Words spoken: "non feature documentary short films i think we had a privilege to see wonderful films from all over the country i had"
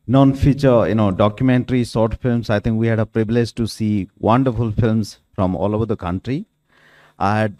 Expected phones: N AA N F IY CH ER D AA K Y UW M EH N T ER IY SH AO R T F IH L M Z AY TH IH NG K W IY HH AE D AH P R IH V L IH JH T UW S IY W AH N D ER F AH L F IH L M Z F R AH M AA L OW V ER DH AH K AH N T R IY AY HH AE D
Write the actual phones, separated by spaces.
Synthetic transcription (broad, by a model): N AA N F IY CH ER D AA K Y UW M EH N T ER IY S AO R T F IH L M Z AY T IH NG K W IY HH AE D AH P R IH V L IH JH T UW S IY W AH N D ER F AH L F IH L M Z F R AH M AA L OW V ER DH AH K AH N T R IY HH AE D